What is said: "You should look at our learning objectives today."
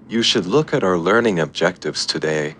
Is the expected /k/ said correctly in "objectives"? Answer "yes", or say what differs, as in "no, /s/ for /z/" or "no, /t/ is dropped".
yes